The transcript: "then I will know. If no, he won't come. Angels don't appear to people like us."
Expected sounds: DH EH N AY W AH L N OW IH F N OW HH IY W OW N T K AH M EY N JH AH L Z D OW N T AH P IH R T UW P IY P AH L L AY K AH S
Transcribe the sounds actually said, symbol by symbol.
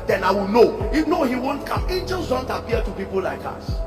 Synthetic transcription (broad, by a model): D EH N AY W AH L N OW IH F N OW HH IY W OW N T K AH M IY JH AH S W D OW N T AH P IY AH T UW P IY P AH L L AY K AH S